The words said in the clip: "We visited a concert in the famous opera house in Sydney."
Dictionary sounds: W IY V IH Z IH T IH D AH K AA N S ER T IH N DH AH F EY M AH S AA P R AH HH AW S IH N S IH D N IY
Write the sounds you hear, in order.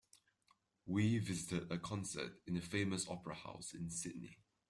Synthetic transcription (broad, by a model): W IY V IH Z IH T IH D AH K AA N S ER T IH N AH F EY M AH S AA P R AH HH AW S IH N S IH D N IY